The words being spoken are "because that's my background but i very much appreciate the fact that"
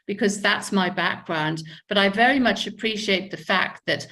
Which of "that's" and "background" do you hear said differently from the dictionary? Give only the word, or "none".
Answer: none